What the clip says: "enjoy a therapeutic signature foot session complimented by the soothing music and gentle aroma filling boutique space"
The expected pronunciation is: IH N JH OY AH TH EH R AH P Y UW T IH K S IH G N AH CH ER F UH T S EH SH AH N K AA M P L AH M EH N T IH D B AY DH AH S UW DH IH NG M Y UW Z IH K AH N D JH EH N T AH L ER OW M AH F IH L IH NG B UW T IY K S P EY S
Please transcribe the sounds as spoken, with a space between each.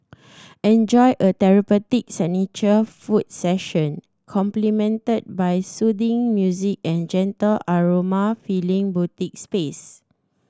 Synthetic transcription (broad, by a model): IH N JH OY AH T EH R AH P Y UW T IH K S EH N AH CH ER F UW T S EH SH AH N K AA M P L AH M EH N T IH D B AY S UW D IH NG M Y UW Z IH K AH N JH EH N T AH L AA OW M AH F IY L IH NG B UW T IY K S P EY S